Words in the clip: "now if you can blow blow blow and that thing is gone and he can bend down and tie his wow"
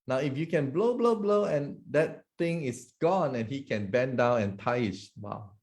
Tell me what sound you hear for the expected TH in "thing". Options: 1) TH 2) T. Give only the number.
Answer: 2